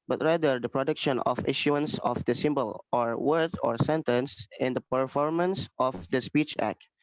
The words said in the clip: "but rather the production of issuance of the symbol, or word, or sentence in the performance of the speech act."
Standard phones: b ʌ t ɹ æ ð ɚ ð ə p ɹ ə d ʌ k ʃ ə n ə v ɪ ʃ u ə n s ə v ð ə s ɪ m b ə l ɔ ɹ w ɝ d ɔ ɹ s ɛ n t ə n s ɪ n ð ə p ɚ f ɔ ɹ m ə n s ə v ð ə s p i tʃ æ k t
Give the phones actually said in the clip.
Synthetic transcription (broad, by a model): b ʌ t ɹ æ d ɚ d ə p ɹ ə d ʌ k ʃ ə n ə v ɪ ʃ u ə n s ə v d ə s ɪ m b ə l ɔ ɹ w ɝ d ɔ ɹ s ɛ n t ə n s ɪ n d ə p ɚ f ɔ ɹ m ə n s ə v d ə s p i tʃ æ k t